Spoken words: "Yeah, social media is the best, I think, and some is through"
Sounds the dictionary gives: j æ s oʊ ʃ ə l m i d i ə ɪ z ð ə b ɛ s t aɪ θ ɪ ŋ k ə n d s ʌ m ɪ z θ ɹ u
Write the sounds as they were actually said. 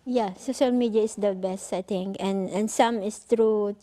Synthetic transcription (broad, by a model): j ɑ s oʊ ʃ ə l m i d i ə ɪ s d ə b ɛ s t aɪ t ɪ ŋ k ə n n s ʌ m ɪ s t ɹ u